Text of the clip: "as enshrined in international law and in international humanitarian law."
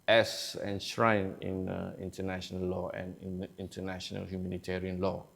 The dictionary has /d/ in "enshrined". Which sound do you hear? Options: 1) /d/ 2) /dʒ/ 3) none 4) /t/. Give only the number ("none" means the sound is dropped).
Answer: 3